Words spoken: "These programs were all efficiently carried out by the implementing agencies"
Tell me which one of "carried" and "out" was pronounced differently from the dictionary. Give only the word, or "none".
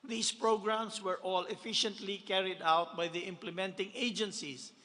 none